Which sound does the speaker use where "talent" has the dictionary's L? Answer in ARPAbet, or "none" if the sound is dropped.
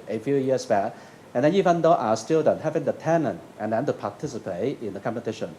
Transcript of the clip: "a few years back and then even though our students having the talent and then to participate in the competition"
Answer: N